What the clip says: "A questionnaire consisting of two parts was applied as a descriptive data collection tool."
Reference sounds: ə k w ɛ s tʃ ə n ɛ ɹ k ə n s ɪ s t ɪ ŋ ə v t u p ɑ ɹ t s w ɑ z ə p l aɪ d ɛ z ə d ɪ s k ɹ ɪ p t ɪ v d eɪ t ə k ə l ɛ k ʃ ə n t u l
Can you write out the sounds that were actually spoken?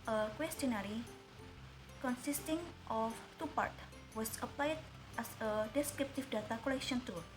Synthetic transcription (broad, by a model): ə k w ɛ s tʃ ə n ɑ ɹ k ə n s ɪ s t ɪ ŋ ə f t u p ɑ ɹ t w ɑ s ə p l aɪ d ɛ s ə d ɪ s k ɹ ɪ p t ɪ f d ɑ t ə k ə l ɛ k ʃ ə n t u